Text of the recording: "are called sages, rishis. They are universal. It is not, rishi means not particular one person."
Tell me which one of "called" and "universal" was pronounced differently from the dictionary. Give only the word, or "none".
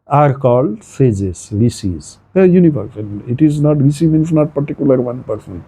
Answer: universal